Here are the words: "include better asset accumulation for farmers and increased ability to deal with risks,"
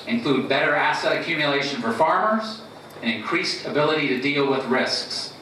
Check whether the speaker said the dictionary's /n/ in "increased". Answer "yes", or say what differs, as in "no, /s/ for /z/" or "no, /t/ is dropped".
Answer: yes